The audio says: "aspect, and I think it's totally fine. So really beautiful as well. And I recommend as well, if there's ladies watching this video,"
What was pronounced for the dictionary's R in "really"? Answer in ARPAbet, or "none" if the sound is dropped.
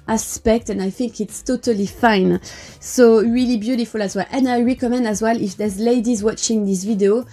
R